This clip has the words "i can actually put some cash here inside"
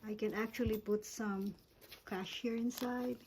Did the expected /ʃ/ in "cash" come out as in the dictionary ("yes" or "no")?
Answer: yes